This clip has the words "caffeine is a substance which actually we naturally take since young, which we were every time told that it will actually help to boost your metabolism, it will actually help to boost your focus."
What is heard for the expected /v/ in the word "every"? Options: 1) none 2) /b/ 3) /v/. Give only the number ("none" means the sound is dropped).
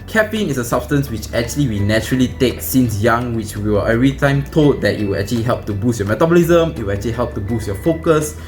1